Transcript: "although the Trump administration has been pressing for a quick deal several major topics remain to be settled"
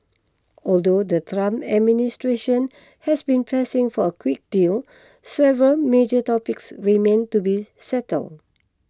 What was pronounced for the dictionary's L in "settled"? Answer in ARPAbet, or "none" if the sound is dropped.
L